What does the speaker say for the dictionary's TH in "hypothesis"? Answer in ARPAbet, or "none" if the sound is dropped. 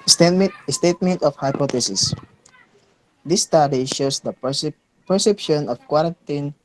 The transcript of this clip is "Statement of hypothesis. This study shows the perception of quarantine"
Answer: T